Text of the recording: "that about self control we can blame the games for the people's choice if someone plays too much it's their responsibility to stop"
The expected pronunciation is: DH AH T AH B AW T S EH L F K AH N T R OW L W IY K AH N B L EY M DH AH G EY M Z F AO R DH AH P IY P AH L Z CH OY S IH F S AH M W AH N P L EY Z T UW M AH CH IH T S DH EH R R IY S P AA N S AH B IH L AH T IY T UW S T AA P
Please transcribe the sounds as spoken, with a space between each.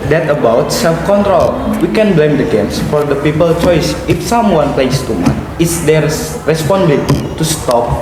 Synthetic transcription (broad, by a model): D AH T AH B AW T S EH L F K AH N T R OW L W IY K AH N B L EY M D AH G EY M S F AO R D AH P IY P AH L CH OY S IH F S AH M W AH N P L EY S T UW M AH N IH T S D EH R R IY S P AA N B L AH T T UW S T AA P